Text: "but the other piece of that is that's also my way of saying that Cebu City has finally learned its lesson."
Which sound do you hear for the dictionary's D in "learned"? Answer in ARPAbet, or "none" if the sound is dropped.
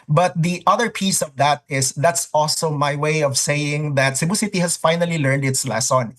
D